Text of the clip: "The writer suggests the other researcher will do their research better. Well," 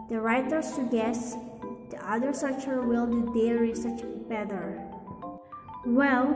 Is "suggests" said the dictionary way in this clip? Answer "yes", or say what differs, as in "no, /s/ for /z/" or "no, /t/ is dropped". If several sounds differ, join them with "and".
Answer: no, /dʒ/ is dropped